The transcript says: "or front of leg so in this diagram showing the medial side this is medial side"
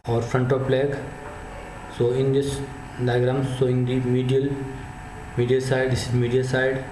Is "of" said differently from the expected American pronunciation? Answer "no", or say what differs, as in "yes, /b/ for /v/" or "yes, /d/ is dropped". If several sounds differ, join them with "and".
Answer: yes, /p/ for /v/